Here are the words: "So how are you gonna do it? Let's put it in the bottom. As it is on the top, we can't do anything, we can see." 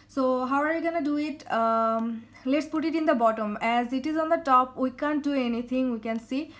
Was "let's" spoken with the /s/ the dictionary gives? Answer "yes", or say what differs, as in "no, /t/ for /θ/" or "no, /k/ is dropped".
yes